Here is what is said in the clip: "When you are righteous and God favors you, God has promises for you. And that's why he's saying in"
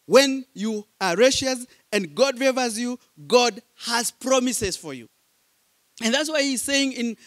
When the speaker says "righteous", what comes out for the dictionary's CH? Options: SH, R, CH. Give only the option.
SH